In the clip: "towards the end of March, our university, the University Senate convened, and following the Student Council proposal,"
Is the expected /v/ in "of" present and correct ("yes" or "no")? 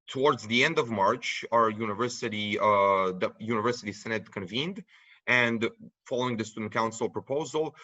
yes